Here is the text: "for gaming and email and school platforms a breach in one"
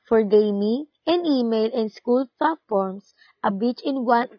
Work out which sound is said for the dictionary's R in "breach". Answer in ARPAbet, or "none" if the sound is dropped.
none